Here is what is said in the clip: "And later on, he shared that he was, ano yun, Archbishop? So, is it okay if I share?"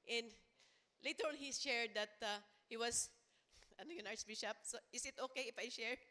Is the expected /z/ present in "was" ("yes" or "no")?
no